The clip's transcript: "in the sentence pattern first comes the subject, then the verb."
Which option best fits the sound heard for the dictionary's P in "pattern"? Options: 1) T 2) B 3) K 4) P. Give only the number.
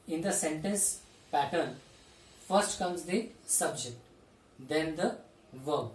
4